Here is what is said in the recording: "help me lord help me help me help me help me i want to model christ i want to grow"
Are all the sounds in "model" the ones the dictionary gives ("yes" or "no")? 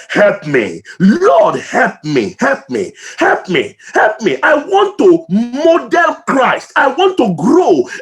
no